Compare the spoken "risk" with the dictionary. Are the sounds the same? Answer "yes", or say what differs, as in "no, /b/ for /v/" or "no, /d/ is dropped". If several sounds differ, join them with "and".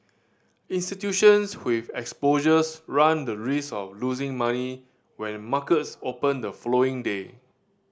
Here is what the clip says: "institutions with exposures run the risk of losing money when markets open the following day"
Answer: no, /k/ is dropped